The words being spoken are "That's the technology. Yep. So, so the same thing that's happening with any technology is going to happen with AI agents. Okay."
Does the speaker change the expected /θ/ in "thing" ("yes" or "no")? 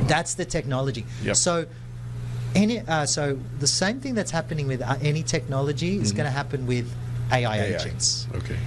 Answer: no